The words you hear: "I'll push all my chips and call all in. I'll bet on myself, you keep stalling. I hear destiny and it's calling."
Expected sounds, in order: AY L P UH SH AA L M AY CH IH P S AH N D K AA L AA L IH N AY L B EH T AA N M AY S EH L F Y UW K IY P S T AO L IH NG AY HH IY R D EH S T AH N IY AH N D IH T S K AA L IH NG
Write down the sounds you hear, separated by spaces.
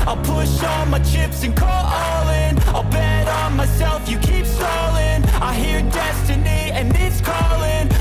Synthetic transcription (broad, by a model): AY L P UH SH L M AY CH IH P S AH N K AA L AA L IH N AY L B EH T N M AY S EH L F Y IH K IY P S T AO L IH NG AY HH IY R D EH S T AH N IY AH N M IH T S K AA L IH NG